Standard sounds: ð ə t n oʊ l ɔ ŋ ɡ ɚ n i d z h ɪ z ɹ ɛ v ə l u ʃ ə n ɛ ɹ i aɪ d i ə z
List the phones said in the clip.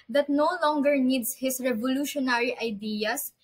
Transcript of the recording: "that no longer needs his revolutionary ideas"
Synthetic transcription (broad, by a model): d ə t n oʊ l ɔ ŋ ɡ ɚ n i d s h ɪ s ɹ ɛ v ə l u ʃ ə n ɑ ɹ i aɪ d i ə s